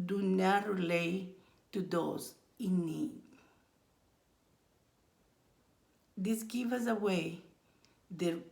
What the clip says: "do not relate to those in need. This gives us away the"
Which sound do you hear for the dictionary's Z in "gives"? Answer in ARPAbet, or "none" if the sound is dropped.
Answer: none